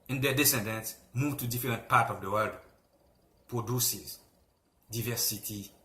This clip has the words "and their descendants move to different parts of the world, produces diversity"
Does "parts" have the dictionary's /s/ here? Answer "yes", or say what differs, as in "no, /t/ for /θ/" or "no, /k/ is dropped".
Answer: no, /s/ is dropped